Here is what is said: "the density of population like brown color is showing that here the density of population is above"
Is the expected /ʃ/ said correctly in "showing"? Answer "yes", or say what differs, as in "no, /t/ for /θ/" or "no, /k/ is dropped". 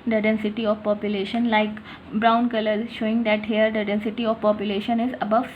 yes